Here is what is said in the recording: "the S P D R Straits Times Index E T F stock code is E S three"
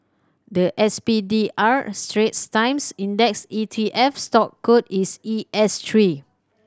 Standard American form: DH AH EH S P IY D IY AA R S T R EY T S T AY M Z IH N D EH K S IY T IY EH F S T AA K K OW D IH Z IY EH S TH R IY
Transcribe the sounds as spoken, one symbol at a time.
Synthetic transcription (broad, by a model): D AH EH S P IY D IY AA R S T R EY T S T AY M S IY N D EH K S IY T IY EH F S T AA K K OW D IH S IY EH S T R IY